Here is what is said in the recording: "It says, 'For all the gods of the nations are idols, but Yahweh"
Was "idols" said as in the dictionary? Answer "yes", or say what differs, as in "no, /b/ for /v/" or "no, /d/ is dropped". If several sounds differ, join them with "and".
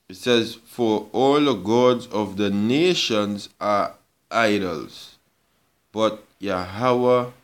yes